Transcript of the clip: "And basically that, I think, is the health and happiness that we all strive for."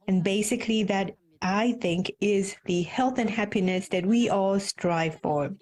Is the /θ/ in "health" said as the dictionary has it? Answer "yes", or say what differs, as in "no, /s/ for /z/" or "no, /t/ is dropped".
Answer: yes